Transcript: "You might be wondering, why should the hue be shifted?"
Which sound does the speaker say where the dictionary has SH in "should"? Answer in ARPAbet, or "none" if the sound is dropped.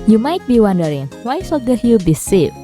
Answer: S